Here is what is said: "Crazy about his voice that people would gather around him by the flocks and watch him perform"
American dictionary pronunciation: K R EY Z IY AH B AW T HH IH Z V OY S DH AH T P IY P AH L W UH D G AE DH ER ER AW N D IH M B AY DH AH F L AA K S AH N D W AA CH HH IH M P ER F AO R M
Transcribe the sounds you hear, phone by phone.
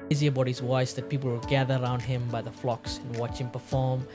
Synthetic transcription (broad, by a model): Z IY AH B AW T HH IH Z W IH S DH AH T P IY P L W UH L G AE DH ER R AW N D IH M B AY DH AH F L AA K S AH N W AA CH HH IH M P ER F AO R M